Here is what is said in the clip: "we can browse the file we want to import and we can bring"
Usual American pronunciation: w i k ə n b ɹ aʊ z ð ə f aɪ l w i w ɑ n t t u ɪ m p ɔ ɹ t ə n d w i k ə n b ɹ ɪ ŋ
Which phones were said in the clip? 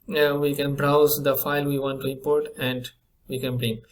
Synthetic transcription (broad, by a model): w i k ə n b ɹ aʊ z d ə f aɪ l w i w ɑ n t t u ɪ m p ɔ ɹ t ə n d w i k ə n b ɹ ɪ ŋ